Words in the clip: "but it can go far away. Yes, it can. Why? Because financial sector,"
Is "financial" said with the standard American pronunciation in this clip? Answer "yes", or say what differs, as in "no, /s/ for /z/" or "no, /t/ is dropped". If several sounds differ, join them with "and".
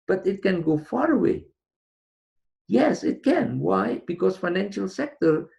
yes